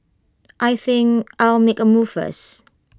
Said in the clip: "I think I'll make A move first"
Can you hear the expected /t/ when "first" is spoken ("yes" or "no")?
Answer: no